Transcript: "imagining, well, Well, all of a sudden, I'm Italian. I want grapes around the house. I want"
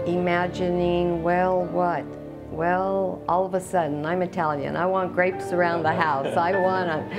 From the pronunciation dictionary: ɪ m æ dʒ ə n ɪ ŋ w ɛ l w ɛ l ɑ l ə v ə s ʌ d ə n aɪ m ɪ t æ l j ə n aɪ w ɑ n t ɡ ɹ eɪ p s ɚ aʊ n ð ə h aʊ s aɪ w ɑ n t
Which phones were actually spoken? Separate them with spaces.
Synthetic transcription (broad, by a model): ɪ m æ dʒ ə n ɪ ŋ w ɛ l w ɛ l ɑ l ə v ə s ʌ d n aɪ m ɪ t æ l j ə n aɪ w ɑ n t ɡ ɹ eɪ p s ɚ aʊ n ð ə h aʊ s aɪ w ɑ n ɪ